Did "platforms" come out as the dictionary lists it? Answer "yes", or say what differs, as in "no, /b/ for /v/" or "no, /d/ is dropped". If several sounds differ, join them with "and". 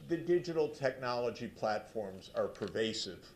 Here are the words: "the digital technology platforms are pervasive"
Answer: yes